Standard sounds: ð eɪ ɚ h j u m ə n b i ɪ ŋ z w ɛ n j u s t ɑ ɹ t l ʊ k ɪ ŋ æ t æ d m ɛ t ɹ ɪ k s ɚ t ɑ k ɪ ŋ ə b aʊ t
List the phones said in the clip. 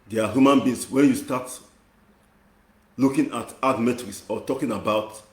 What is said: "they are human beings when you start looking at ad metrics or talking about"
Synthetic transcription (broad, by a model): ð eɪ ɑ h j u m ə n b i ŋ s w ɛ n j u s t ɑ t l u k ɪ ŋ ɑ t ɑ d m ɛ t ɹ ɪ s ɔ t ɑ k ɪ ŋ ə b aʊ t